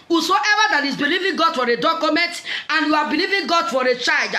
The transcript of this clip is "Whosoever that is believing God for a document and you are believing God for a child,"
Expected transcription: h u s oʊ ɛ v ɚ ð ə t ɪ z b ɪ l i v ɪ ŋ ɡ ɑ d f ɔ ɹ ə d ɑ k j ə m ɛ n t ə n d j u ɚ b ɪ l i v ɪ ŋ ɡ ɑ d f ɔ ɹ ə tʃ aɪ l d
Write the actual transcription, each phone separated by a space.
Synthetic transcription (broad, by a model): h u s oʊ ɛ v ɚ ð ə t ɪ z b ɪ l i v ɪ ŋ ɡ ɑ d f ɔ ɹ ə d ɑ k j ə m ɛ n t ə n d j u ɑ b ɪ l i v ɪ ŋ ɡ ɑ d f ɔ ɹ ə tʃ aɪ l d